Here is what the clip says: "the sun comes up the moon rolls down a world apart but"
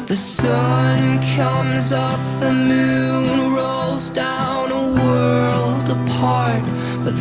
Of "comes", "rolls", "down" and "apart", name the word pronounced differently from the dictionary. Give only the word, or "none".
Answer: none